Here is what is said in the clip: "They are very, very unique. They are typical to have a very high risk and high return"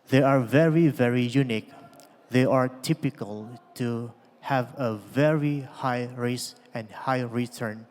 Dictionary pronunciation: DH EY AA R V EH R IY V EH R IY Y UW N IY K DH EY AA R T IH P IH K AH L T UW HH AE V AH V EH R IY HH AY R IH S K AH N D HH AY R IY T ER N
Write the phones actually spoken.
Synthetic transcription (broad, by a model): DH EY AA R V EH R IY V EH R IY Y UW N IY K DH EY AA R T IH P IH K AH L T UW HH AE V AH V EH R IY HH AY R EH S AH N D HH AY R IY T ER N